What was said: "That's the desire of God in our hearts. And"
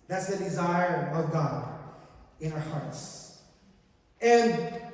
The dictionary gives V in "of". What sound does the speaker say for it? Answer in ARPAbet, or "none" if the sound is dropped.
V